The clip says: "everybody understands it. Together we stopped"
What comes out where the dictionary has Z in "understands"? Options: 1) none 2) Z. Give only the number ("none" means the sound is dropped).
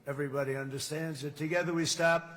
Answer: 2